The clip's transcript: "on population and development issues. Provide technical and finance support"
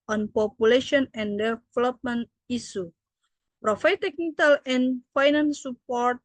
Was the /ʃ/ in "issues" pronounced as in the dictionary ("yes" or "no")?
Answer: no